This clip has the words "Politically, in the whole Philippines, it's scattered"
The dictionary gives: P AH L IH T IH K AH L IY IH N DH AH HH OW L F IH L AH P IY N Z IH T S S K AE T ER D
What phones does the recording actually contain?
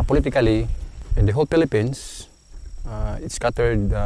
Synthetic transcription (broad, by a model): P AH L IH T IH K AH L IY IH N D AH HH OW L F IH L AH P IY N S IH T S S K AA T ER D